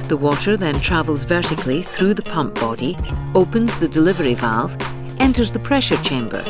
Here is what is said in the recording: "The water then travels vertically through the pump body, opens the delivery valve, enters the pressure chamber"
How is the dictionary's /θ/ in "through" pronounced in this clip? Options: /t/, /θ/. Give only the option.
/θ/